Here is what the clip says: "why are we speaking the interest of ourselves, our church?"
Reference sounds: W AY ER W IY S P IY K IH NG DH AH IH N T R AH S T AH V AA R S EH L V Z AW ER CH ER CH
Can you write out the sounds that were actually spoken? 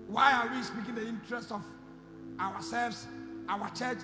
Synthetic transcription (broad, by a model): W AY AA W IY S P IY K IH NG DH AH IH N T R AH S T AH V AA W S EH L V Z AW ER CH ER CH